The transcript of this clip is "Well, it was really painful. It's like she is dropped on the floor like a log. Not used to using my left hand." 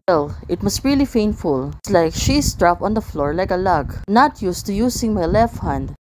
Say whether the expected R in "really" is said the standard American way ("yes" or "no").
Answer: yes